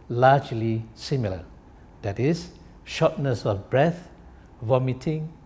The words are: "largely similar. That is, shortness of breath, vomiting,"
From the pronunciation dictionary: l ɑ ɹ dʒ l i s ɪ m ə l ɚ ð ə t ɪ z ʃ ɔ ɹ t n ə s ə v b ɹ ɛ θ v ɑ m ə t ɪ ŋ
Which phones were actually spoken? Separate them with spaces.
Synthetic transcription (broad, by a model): l ɑ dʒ l i s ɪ m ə l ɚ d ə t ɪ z ʃ ɔ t n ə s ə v b ɹ ɛ θ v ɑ m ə t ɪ ŋ